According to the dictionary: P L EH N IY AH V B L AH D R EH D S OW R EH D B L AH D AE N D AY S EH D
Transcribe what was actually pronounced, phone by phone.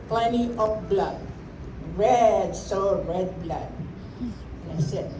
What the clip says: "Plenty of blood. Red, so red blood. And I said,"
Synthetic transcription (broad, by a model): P L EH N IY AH P B L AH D R EH D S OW R EH D B L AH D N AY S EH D